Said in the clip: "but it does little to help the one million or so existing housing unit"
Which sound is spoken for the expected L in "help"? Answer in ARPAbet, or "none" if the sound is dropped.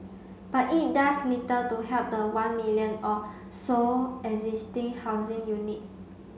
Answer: none